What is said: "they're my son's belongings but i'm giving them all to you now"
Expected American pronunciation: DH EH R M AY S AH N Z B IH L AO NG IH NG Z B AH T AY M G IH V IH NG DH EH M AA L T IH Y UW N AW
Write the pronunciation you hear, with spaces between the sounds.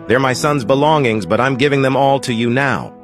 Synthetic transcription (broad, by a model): DH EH R M AY S AH N Z B IH L AO NG IH NG Z B AH T AY M G IH V IH NG DH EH M AA L T IH Y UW N AW